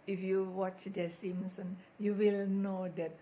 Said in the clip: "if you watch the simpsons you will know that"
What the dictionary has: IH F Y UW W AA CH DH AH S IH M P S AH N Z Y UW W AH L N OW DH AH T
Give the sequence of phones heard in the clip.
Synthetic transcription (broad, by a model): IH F Y UW W AA CH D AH S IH M S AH N Y UW W AH L N OW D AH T